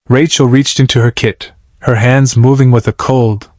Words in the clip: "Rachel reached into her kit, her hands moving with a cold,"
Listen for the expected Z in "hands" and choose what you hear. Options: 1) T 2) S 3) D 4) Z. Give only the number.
4